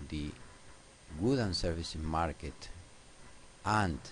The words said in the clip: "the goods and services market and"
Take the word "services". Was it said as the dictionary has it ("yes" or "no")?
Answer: no